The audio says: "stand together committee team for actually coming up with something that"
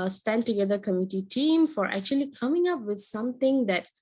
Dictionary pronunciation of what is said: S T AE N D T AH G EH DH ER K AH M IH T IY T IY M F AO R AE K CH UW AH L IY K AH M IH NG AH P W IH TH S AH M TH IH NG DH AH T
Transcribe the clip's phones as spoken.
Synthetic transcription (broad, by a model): S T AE N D T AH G EH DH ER K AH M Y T IY T IY M F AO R AE K CH UW AH L IY K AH M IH NG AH P W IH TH S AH M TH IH NG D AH T